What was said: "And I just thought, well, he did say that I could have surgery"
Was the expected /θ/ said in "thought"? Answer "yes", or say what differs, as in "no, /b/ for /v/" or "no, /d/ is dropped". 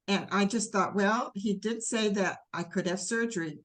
yes